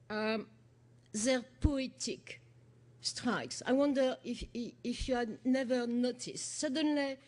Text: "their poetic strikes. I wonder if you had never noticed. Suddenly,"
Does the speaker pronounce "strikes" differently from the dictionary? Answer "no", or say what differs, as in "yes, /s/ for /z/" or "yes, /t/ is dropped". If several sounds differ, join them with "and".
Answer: no